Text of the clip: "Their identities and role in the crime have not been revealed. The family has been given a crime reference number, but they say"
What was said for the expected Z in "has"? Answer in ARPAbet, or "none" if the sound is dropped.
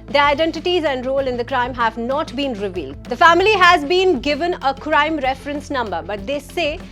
Z